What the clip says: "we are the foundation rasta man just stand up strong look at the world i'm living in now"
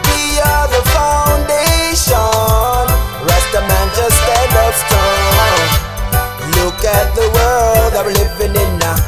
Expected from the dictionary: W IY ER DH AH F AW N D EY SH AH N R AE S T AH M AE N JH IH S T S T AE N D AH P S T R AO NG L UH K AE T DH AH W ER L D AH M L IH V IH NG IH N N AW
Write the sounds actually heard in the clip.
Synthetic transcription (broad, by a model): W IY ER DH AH F AW N D EY SH AH N R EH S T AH M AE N CH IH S S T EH D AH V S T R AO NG L UH K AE T DH AH W ER L D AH L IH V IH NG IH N N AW